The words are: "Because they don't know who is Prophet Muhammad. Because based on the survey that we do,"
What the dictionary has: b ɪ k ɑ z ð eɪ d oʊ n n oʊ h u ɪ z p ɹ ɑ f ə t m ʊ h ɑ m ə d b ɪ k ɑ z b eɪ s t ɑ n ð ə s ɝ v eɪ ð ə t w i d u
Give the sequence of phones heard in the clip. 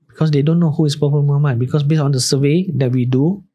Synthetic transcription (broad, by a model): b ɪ k ɑ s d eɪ d oʊ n n oʊ h u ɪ s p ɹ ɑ p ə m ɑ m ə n b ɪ k ɑ s b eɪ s ɑ n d ə s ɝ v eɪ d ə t w i d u